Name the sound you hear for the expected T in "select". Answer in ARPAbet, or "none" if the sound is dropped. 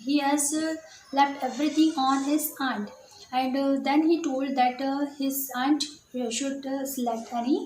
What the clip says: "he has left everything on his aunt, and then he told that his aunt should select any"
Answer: none